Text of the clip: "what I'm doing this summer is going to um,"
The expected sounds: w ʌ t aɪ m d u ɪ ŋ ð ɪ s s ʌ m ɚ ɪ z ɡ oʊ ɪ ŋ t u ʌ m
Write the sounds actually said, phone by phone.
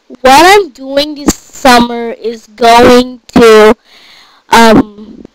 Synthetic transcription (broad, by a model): w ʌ t aɪ m d u ɪ ŋ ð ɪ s s ʌ m ɚ ɪ z ɡ oʊ ɪ ŋ t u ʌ m